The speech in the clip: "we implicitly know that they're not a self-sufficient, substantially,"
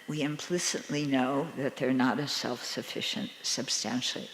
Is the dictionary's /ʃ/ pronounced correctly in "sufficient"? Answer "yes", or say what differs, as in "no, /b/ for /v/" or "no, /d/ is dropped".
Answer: yes